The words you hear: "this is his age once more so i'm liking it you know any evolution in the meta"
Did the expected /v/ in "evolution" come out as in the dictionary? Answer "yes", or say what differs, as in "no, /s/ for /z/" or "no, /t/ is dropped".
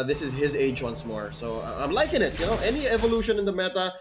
yes